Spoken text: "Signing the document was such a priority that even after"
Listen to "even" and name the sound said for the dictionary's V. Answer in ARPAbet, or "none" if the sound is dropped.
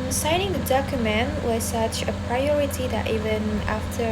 V